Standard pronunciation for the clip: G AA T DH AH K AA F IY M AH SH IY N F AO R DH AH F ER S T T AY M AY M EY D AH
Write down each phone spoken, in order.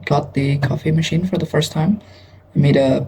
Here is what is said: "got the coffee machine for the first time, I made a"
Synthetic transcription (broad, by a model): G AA T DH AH K AA F IY M AH SH IY N F AO R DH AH F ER S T T AY M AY M EY D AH